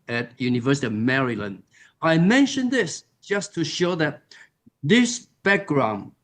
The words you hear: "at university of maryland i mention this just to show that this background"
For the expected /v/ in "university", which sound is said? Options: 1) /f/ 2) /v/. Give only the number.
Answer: 2